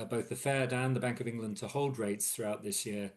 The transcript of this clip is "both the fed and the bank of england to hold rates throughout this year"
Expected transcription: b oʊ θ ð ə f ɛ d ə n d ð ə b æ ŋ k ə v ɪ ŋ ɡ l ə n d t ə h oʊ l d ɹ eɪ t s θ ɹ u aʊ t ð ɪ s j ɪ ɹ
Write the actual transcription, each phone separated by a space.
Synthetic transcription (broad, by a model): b oʊ θ ð ə f ɛ d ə n ð ə b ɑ ŋ k ə v ɪ ŋ ɡ l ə n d t ə h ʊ l d ɹ eɪ t s θ ɹ u aʊ t ð ɪ s j ɪ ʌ